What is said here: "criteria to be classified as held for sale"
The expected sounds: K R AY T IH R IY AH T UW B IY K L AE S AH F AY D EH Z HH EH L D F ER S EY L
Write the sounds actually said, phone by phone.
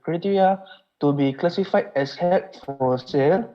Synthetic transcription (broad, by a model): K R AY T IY R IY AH T UW B IY K L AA S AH F AY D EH S HH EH D F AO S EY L